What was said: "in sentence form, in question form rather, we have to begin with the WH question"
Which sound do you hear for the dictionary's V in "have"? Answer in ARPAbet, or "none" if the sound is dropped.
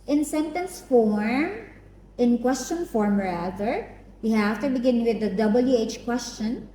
F